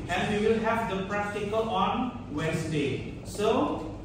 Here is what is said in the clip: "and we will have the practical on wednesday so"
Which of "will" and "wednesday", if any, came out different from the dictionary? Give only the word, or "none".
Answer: wednesday